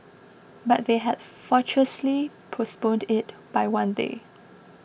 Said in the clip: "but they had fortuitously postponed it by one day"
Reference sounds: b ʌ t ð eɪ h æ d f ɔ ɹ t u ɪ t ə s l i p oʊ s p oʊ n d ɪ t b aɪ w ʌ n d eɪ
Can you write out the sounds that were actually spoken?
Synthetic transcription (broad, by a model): b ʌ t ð eɪ h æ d f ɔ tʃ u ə s l i p oʊ s p oʊ n d ɪ t b aɪ w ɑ n d eɪ